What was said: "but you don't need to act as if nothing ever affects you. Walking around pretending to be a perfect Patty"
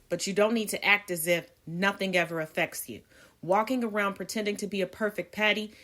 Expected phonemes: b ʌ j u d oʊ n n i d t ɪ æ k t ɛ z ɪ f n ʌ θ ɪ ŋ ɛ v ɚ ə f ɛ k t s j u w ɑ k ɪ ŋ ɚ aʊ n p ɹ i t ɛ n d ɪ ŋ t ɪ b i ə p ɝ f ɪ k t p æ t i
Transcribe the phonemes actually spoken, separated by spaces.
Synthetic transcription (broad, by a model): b ʌ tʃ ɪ d oʊ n n i d t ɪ æ k t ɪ z ɪ f n ʌ θ ɪ ŋ ɛ v ɚ ə f ɛ k t s j u w ɑ k ɪ ŋ ɚ aʊ n p ɹ i t ɛ n d ɪ ŋ t ɪ b i ə p ɝ f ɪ k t p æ t i